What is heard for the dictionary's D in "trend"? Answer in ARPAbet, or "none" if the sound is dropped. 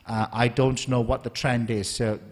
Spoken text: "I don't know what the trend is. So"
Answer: D